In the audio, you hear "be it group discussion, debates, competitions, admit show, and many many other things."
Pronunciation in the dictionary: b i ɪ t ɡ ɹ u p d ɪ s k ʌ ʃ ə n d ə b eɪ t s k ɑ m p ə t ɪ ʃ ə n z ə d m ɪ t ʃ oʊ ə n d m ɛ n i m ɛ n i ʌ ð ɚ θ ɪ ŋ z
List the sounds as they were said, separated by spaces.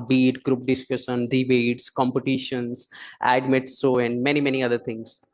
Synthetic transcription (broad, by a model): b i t ɡ ɹ u p d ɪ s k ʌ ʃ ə n d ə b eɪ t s k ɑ m p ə t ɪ ʃ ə n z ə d m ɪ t s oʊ ə n d m ɛ n i m ɛ n i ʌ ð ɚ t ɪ ŋ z